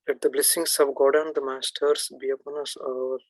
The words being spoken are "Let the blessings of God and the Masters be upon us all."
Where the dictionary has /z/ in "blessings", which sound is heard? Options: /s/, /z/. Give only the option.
/s/